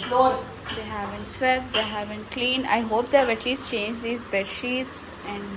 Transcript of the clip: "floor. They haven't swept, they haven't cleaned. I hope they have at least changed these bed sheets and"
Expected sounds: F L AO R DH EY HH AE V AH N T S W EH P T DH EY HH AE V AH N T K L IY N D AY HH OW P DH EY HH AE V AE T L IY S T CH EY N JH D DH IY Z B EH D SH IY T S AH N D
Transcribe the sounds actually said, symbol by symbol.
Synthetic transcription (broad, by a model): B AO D EY HH AE V AH N T S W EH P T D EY HH AE V AH N T K L IY N AY HH OW P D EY HH AE V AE T L IY S T CH EY N JH D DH IY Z B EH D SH IY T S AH N D